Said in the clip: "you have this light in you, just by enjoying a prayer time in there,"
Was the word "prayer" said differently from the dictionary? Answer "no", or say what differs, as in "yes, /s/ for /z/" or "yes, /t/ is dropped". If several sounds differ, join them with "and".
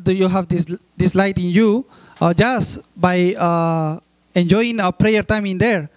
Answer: no